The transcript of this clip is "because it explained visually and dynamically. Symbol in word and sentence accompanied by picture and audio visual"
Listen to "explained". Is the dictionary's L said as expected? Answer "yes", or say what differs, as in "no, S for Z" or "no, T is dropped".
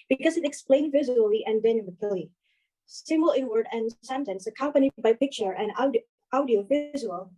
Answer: yes